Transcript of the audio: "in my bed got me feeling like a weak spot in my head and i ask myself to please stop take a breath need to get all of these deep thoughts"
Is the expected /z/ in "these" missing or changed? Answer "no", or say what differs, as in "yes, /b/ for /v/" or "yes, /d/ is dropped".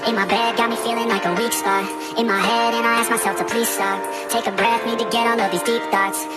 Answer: no